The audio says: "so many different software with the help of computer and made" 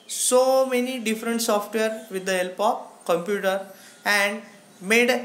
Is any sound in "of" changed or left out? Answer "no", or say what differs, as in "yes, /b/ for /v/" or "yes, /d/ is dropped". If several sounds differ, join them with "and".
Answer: yes, /p/ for /v/